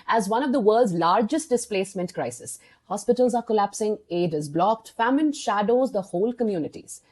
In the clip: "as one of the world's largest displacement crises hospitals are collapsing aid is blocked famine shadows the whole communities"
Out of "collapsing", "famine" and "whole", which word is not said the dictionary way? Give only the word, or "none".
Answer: none